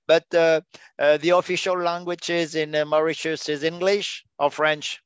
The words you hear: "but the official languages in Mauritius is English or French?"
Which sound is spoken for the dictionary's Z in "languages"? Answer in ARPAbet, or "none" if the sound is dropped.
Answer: Z